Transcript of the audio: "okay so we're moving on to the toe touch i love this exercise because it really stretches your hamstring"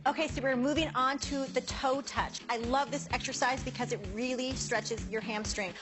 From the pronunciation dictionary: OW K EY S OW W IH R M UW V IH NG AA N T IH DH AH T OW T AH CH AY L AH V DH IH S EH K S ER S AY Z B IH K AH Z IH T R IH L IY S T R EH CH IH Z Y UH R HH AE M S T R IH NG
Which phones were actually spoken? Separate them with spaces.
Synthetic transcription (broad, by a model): OW K EY S OW W IH R M UW V IH NG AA N T IH DH AH T OW T AH CH AY L AH V DH IH S EH K S ER S AY Z B IH K AH Z IH T R IH L IY S T R EH CH IH Z Y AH R HH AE M S T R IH NG